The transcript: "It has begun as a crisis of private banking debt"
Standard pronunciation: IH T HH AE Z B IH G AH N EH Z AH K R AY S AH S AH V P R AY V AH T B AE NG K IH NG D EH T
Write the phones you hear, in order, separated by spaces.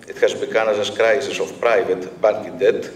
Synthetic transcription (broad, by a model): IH T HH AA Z B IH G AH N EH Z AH K R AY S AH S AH F P R AY V AH T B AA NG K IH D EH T